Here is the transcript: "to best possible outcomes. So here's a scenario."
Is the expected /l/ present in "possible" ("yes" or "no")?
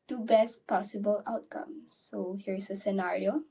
yes